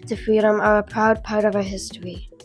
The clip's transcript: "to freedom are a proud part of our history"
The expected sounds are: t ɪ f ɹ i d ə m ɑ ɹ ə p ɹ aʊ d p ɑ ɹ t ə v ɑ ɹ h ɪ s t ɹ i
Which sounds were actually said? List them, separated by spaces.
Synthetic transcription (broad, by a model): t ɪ f ɹ i d ə m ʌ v ə p ɹ aʊ d p ɑ ɹ t ə v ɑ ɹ h ɪ s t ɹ i